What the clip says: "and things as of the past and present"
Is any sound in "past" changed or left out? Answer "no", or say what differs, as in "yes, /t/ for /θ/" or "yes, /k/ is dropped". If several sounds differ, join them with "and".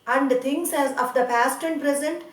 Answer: no